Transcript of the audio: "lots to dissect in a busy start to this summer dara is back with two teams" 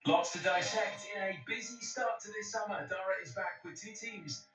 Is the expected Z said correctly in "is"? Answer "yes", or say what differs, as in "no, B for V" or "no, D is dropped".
yes